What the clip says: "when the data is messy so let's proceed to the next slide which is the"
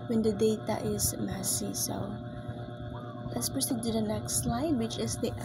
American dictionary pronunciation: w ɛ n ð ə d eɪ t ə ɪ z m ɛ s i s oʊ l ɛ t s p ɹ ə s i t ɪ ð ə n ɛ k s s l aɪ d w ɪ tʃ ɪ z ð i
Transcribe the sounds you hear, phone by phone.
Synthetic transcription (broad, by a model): w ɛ n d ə d eɪ t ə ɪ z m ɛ s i s oʊ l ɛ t s p ɹ ə s i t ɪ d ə n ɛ k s s l aɪ d w ɪ tʃ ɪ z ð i